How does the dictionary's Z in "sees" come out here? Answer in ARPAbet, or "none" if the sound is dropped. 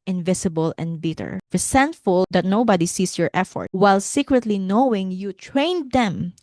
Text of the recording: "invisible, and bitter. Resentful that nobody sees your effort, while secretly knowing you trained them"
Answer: S